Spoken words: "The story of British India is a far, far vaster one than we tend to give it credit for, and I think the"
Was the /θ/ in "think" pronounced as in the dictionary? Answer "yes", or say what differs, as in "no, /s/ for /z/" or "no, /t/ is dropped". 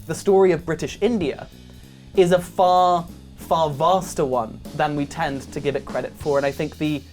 yes